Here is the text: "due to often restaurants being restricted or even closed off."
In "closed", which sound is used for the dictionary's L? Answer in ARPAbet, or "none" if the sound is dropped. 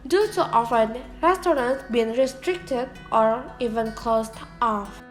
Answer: none